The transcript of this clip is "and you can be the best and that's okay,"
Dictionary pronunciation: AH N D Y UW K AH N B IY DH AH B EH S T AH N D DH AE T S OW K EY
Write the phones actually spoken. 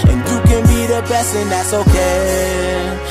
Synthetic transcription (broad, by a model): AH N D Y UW K AH N B IY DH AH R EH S AH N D DH AE T S OW K EY